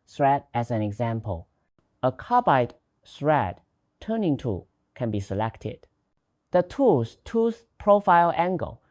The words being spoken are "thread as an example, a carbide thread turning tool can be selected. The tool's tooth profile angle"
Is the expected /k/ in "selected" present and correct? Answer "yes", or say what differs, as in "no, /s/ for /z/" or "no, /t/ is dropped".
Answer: yes